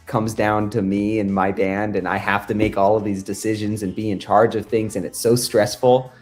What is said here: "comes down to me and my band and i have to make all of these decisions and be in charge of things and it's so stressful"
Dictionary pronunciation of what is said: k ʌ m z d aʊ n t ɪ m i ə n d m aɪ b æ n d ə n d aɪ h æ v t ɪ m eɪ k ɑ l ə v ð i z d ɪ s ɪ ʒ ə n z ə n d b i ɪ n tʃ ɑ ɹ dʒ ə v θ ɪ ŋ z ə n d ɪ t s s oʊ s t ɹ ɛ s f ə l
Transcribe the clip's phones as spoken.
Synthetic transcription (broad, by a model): k ʌ m z d aʊ n t ɪ m i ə n m aɪ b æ n d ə n aɪ h æ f t ɪ m eɪ k ɑ l ə v ð i z d ɪ s ɪ ʒ ə n z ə n b i ɪ n tʃ ɑ ɹ dʒ ə v θ ɪ ŋ z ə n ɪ t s s oʊ s t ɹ ɛ s f l